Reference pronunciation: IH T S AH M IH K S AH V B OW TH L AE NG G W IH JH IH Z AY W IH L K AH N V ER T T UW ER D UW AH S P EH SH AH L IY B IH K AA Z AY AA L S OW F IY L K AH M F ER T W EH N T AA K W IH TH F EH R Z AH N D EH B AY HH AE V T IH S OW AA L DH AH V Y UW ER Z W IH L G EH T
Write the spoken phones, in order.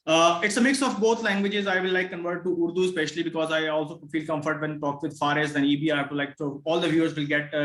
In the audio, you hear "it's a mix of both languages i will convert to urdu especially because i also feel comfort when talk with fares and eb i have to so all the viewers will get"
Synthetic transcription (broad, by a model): IH T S AH M IH K S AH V B OW T L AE NG G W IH JH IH Z AY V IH L K AH N V ER T T UW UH D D AH S P EH SH AH L IY B IH K AA Z AY AA L S OW F IY L K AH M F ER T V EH N T AA K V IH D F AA R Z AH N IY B AY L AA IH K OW AA L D AH V Y UW ER Z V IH L G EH T